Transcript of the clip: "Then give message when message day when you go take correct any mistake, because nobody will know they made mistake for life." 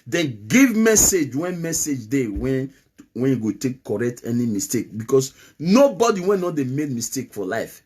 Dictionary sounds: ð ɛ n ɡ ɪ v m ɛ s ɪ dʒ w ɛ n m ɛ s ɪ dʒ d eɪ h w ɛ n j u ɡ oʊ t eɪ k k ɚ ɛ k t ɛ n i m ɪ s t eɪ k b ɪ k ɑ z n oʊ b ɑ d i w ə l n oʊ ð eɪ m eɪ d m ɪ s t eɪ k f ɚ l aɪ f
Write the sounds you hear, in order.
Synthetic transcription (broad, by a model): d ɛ n ɡ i v m ɛ s ɪ dʒ w ɛ n m ɛ s ɪ dʒ d eɪ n w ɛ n j u ɡ oʊ t eɪ k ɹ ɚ ɛ k t ɛ n i m ɪ s t eɪ k b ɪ k ɑ s n oʊ b ɑ d i w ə n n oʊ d eɪ m eɪ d m ɪ s t eɪ k f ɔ l aɪ f